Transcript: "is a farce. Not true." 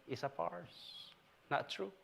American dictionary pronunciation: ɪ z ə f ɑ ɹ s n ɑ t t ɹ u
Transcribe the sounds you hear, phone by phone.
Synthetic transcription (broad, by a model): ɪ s ə p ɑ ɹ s n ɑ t t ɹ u